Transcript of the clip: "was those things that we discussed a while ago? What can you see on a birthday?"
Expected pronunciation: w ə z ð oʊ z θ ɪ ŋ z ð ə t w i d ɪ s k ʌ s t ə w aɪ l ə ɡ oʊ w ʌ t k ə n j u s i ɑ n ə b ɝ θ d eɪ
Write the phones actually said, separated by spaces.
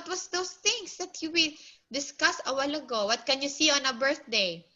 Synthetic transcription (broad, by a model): w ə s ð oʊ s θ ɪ ŋ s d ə t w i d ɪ s k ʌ s ə w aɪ l ə ɡ oʊ w ʌ t k ə n j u s i ɑ n ə b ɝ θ d eɪ